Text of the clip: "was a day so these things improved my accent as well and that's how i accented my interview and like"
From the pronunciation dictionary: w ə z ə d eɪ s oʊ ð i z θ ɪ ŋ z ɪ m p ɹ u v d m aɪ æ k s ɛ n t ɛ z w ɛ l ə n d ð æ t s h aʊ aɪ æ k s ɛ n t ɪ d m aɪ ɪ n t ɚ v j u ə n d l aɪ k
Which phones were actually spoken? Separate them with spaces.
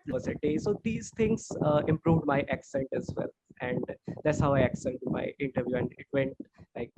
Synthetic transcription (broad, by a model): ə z ə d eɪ s oʊ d i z t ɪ ŋ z ɪ m p ɹ u v d m aɪ æ k s ɛ n t ɛ z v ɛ l ə n d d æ t s h aʊ aɪ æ k s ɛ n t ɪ m aɪ ɪ n t ɚ v j u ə n d l aɪ k